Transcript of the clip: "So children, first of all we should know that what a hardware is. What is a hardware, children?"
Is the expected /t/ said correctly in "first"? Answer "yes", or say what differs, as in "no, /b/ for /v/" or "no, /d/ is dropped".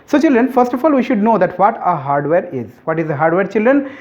yes